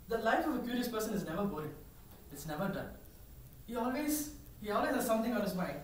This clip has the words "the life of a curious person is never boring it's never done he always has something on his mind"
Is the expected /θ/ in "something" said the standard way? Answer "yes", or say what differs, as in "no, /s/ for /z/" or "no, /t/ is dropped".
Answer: no, /t/ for /θ/